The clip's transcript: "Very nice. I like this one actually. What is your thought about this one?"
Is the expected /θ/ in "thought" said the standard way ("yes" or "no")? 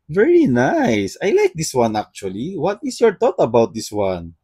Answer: no